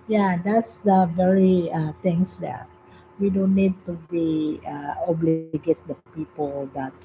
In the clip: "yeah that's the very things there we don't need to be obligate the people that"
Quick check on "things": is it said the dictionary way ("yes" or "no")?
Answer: no